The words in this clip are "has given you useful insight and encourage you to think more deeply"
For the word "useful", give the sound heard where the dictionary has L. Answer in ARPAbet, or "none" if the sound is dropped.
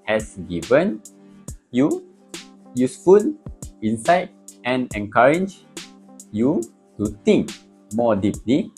N